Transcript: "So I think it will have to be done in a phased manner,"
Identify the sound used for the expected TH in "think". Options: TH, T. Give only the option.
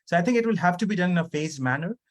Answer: T